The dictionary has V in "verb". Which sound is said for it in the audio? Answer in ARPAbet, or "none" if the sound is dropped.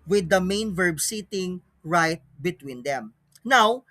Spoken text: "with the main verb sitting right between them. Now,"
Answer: V